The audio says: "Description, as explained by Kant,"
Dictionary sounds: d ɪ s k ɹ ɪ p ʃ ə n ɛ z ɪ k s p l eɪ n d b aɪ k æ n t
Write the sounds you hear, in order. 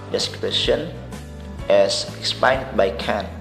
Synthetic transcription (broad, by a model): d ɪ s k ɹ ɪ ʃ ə n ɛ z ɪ k s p eɪ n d b aɪ k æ n